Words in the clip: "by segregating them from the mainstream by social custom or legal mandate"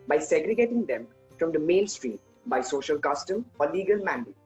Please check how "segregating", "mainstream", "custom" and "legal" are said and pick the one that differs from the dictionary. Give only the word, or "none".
mainstream